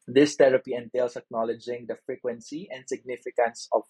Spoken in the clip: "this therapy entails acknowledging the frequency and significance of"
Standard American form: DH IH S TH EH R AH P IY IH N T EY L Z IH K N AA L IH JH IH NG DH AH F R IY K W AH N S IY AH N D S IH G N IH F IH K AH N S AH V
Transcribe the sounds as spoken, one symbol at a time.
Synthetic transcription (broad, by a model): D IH S T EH R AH P IY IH N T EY L S IH K N AA L IH JH IH NG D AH F R IY K W AH N S IY AH N D S IH G N IH F IH K AH N S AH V